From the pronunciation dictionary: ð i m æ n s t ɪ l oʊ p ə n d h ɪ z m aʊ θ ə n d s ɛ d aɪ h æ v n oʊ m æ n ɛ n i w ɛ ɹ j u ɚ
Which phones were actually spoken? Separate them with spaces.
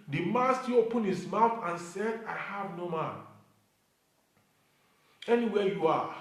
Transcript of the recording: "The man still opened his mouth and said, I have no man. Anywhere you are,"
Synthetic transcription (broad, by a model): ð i m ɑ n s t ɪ oʊ p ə n h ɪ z m aʊ θ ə n s ɛ d aɪ h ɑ v n oʊ m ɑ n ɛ n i w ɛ j u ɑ